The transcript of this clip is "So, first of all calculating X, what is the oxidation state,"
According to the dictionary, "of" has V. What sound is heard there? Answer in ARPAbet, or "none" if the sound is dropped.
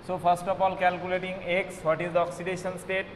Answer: P